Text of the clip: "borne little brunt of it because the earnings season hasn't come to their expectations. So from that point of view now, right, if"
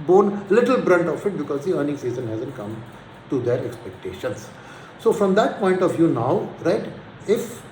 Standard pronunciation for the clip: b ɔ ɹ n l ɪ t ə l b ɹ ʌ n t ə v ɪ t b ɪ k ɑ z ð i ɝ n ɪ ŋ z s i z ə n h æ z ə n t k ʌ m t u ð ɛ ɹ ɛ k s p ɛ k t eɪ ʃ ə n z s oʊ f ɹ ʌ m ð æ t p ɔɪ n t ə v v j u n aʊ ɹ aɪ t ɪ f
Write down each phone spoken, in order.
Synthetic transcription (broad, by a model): b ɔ n l ɪ t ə l b ɹ ʌ n t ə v ɪ t b ɪ k ɑ z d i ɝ n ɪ ŋ s i z ə n h æ z ə n t k ʌ m t u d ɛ ɹ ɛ k s p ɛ k t eɪ ʃ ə n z s oʊ f ɹ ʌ m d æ t p ɔɪ n t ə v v j u n aʊ ɹ aɪ t ɪ f